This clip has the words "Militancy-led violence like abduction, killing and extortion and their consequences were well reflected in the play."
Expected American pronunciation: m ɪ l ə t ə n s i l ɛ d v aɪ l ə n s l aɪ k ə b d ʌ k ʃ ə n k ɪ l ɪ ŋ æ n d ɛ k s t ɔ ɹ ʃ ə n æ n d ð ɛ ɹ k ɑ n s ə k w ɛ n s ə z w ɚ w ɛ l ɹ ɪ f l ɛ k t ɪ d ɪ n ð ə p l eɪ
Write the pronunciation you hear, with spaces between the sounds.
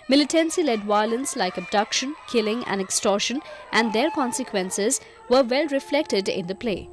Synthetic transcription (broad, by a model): m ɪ l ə t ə n s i l ɛ d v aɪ l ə n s l aɪ k ə b d ʌ k ʃ ə n k ɪ l ɪ ŋ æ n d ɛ k s t ɔ ɹ ʃ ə n æ n d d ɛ ɹ k ɑ n s ə k w ɛ n s ə z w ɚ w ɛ l ɹ ɪ f l ɛ k t ɪ d ɪ n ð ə p l eɪ